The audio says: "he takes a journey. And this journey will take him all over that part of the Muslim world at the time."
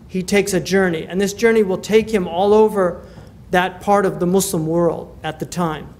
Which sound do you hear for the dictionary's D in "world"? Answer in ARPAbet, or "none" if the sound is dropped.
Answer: D